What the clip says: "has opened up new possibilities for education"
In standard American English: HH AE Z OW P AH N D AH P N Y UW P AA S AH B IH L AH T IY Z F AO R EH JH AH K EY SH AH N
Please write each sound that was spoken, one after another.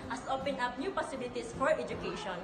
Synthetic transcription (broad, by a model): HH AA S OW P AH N AH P N Y UW P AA S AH B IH L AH T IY S F AO R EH JH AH K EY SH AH N